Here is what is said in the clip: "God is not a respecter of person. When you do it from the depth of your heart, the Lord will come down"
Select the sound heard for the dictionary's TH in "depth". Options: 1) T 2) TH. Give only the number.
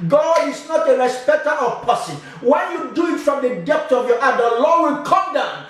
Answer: 1